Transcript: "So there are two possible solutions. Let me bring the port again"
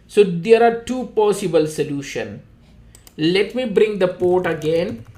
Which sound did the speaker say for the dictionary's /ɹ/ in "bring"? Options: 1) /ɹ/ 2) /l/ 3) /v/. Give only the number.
1